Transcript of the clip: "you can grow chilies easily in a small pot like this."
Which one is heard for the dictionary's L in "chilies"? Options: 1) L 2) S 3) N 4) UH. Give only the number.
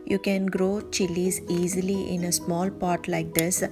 1